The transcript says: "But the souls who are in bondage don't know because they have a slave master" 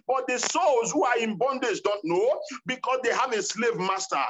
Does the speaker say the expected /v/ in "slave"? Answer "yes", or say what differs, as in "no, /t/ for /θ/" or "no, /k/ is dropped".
yes